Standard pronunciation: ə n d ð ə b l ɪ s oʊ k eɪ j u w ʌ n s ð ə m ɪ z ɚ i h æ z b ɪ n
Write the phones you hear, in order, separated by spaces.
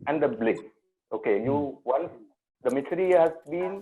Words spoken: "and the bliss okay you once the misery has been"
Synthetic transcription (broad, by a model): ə n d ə b l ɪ oʊ k eɪ j u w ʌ n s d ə m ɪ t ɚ i h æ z b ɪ n